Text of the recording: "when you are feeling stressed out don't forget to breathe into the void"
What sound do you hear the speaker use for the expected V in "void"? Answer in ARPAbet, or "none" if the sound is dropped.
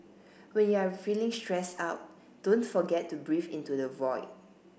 V